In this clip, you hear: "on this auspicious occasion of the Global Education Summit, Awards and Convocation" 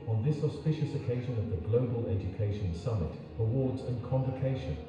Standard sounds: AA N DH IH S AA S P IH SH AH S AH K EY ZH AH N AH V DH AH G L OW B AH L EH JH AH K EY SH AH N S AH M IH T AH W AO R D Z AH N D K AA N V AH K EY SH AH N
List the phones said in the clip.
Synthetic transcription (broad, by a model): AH N DH IH S AA S P IH SH AH S AH K EY ZH AH N AH V DH AH G L OW B AH L EH JH AH K EY SH AH N S AH M IH T AH W AO D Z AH N K AA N V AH K EY SH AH N